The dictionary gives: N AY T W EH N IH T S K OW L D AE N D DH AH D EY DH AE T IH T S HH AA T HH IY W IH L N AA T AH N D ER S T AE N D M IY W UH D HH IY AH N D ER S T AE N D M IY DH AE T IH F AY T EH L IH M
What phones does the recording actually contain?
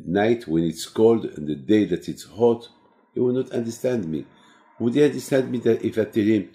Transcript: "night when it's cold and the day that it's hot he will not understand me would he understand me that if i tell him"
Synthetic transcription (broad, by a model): N AY T W EH N IH T S K OW L D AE N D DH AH D EY DH AE T IH T S HH AA T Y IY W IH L N AA T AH N D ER S T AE N D M IY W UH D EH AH N D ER S T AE N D M IY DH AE T IH F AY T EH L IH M